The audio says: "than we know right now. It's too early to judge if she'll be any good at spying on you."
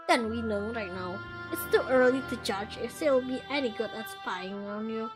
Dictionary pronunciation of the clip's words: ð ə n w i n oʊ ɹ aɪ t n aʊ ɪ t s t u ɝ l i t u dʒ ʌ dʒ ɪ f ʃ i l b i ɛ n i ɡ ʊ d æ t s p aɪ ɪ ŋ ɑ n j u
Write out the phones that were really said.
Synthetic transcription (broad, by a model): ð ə n w i n oʊ ɹ aɪ t n aʊ ɪ t s t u ɝ l i t u dʒ ʌ dʒ ɪ f s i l b i ɛ n i ɡ ʊ d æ t s f aɪ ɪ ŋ ɑ n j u